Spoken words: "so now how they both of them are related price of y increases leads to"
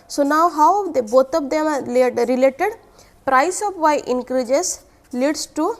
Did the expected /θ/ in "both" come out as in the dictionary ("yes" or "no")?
no